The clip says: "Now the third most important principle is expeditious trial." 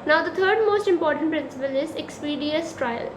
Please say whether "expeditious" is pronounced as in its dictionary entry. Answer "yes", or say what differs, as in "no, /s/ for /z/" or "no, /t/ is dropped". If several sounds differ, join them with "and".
no, /ʃ/ is dropped